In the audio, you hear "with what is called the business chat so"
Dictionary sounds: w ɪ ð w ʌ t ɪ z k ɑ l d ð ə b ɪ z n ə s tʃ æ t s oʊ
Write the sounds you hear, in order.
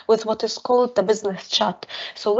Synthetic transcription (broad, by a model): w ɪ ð w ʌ t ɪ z k ɑ l d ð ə b ɪ z n ə s tʃ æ t s oʊ